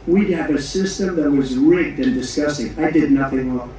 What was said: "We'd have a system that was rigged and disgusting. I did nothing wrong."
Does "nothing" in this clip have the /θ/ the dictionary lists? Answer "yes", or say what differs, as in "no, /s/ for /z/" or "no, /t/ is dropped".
yes